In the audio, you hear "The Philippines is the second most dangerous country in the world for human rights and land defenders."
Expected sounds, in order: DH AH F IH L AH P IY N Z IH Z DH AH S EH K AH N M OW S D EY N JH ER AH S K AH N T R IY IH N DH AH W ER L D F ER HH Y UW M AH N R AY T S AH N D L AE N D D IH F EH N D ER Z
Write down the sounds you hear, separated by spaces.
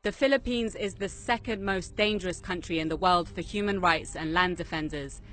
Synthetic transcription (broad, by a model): DH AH F IH L AH P IY N Z IH Z DH AH S EH K AH N M OW S D EY N JH ER AH S K AH N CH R IY IH N DH AH W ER L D F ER HH Y UW M AH N R AY T S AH N L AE N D D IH F EH N D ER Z